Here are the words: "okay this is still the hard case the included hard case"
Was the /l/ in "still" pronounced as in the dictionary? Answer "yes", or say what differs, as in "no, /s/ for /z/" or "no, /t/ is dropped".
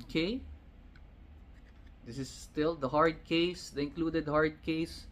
yes